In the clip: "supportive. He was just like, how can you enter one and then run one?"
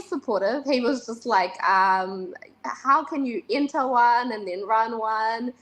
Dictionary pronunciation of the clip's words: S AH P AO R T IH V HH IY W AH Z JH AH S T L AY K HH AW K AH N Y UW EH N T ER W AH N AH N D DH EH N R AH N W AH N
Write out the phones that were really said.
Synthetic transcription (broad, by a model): S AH P AO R T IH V HH IY W AH Z JH AH S T L AY K HH AW K AH N Y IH EH N T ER W AH N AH N DH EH N R AH N W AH N